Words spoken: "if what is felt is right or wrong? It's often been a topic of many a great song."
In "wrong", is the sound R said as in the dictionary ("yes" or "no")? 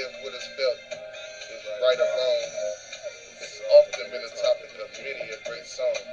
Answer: no